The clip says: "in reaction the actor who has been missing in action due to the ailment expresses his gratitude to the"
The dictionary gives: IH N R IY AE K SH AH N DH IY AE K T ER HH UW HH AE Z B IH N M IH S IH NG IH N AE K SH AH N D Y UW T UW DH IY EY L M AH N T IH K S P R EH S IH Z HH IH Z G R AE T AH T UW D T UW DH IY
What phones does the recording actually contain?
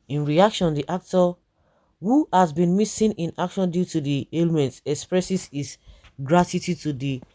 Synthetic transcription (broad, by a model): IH N R IY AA K SH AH N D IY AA K T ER HH UW HH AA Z B IH N M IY S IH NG IH N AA K SH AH N D Y UW T UW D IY EY L M AH N T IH K S P R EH S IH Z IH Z G R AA T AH T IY T UW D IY